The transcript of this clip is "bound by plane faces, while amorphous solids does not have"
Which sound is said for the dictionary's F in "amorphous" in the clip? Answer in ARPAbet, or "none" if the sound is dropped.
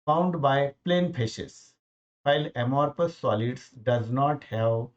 P